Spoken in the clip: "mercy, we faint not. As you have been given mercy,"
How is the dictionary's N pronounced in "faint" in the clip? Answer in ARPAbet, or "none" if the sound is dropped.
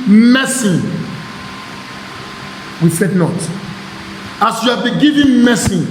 none